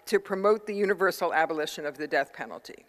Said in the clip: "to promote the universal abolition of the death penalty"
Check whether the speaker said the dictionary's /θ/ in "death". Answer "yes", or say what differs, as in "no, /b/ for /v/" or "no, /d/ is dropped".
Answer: yes